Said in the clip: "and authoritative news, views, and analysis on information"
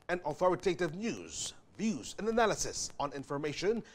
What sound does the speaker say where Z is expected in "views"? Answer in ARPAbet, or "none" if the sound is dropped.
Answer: Z